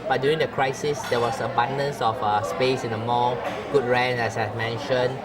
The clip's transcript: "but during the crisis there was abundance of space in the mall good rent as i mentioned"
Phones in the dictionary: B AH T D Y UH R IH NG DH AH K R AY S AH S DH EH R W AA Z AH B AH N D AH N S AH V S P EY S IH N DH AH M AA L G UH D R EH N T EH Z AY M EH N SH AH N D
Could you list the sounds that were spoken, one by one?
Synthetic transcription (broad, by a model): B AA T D Y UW R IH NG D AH K R AY S AH S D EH W AA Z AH B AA N D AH N S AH F S P EY S IH N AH M AA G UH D R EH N EH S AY M EH N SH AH N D